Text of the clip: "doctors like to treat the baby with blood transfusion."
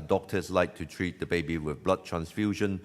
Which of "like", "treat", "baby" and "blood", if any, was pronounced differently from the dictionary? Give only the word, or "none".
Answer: none